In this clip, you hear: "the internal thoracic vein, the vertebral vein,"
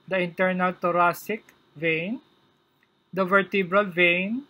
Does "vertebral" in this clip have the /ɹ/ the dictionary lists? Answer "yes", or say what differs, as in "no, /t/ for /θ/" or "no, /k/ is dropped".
yes